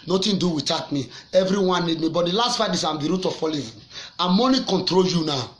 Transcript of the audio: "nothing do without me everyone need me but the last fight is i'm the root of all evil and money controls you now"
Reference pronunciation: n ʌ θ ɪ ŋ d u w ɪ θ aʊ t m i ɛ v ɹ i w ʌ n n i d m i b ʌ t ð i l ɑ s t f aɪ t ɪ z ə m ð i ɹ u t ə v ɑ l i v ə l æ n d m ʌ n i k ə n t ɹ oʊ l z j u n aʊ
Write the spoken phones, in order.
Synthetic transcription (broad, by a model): n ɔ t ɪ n d u w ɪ t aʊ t m i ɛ v ɹ i w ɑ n n i d m i b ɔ t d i l ɑ s t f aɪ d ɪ s ə m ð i ɹ u t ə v ɑ l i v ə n m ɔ n i k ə n t ɹ oʊ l j u n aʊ